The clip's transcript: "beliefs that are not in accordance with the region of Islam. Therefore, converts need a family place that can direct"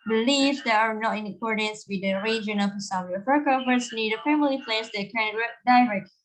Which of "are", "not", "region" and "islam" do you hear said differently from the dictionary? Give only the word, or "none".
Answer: islam